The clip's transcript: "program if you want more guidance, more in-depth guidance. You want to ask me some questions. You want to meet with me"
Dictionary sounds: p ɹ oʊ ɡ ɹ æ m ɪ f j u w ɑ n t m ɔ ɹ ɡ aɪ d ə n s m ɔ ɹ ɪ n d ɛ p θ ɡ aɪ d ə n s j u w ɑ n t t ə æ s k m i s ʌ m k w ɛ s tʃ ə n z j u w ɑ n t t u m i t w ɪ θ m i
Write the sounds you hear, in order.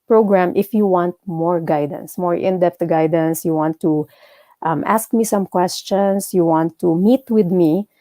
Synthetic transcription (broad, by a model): p ɹ oʊ ɡ ɹ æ m ɪ f j u w ɑ n t m ɔ ɹ ɡ aɪ d ə n s m ɔ ɹ ɪ n d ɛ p t ɡ aɪ d ə n s j u w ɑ n t t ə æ s k m i s ʌ m k w ɛ s tʃ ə n s j u w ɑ n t t u m i t w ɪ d m i